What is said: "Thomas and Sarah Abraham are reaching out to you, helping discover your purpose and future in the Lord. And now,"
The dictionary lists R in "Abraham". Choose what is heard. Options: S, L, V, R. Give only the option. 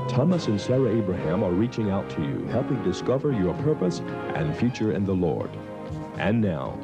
R